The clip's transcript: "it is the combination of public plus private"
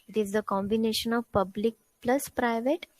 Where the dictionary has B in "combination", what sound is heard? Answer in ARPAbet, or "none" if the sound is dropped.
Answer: B